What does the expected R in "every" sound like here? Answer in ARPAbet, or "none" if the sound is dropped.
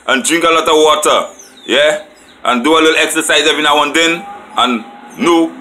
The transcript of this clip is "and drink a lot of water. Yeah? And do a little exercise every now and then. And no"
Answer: none